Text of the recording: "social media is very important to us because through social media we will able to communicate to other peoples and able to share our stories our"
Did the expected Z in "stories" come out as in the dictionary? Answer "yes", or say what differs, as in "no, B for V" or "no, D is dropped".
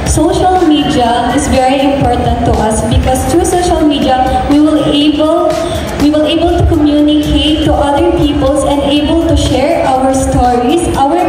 no, S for Z